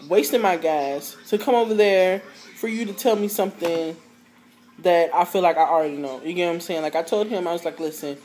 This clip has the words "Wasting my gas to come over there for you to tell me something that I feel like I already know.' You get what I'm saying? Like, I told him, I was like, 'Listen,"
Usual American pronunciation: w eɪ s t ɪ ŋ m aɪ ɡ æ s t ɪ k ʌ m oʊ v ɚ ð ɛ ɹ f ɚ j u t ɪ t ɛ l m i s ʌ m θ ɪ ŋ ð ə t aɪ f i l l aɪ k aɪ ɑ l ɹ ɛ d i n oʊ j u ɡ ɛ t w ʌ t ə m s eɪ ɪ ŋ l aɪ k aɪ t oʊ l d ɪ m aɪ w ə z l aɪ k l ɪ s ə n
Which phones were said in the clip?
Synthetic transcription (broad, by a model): w eɪ s t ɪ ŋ m aɪ ɡ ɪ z t ɪ k ʌ m oʊ v ɚ ð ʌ ɹ f ɚ j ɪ t ɪ t ɛ l m i s ʌ m θ ɪ ŋ ð ə t aɪ f i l l aɪ k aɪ ɑ l ɹ ɛ d i n oʊ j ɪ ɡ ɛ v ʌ ə m s eɪ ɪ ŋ l aɪ k aɪ t oʊ l d ɪ m aɪ w ə z l aɪ k l ɪ s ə n